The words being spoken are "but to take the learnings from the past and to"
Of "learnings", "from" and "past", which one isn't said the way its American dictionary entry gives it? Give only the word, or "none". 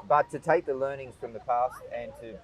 none